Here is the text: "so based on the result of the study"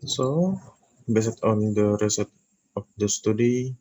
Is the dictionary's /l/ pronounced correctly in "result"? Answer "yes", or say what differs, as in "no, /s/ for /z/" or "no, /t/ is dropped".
no, /l/ is dropped